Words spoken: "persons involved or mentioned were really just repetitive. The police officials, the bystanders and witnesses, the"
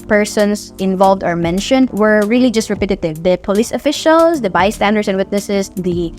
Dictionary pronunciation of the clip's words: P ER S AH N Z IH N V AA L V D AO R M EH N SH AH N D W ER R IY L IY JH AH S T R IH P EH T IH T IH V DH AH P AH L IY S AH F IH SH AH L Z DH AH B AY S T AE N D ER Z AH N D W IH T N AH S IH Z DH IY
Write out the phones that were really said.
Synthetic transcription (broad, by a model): P ER S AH N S IH N V AA L V D AO R M EH N SH AH N D W ER R IY L IY JH AH S T R IH P EH T IH T IH V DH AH P AH L IY S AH F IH SH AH L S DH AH B AY S T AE N D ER S AH N D W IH T N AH S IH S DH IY